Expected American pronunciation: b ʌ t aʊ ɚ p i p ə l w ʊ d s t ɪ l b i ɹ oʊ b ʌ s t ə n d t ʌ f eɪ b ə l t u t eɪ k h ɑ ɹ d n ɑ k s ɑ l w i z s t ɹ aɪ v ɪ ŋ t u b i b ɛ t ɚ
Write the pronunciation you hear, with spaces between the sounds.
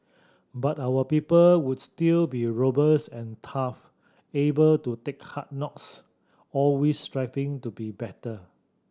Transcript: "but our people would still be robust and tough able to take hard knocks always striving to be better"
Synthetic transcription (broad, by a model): b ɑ t aʊ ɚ p i p ə l w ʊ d s t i l b i ɹ oʊ b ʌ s ə n t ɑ f eɪ b ə l t u t eɪ k h ɑ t n ɑ k s ɑ l w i s t ɹ aɪ f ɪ ŋ t u b i b ɛ t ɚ